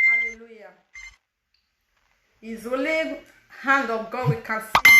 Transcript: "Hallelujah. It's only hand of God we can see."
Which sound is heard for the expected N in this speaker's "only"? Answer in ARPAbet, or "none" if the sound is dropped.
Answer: none